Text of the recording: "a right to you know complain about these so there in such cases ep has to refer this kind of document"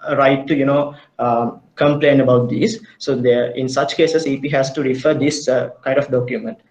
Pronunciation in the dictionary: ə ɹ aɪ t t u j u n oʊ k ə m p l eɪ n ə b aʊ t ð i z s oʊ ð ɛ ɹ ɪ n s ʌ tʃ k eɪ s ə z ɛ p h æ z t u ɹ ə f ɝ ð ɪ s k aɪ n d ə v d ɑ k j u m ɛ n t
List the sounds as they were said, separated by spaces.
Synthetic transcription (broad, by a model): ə ɹ aɪ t t u j u n oʊ k ə m p l eɪ n ə b aʊ t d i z s oʊ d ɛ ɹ ɪ n s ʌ tʃ k eɪ s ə s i p h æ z t u ɹ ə f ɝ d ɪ s k aɪ n d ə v d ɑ k j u m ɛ n t